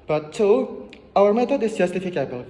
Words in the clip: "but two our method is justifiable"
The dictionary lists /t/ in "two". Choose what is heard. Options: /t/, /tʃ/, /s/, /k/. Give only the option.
/s/